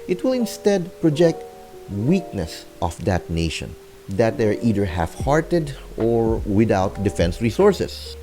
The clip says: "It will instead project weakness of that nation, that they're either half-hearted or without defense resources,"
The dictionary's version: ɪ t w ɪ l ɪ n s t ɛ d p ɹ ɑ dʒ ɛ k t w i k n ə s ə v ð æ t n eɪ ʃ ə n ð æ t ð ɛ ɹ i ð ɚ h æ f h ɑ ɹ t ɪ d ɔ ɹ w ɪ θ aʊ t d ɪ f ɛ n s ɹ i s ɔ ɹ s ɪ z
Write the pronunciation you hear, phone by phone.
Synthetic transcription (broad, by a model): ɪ t w ɪ l ɪ n s t ɛ d p ɹ ɑ dʒ ɛ k t w i k n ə s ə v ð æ t n eɪ ʃ ə n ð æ t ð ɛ ɹ i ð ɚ h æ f h ɑ ɹ t ɪ d ɔ ɹ w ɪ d aʊ t d ɪ f ɛ n s ɹ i s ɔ ɹ s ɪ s